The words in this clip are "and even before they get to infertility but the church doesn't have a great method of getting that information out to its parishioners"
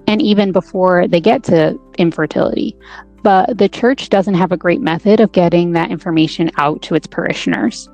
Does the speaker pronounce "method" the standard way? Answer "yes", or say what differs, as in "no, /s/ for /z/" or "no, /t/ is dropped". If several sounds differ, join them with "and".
yes